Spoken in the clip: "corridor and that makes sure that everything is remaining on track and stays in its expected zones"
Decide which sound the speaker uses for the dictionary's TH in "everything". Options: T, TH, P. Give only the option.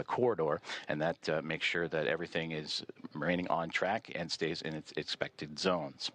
TH